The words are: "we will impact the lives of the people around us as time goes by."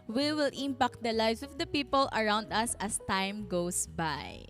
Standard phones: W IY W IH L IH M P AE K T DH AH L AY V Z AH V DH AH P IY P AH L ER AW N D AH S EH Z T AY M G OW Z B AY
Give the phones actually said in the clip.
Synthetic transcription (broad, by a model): W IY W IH L IH M P AE K T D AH L AY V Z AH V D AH P IY P AH L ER AW N D AH S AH S T AY M G OW S B AY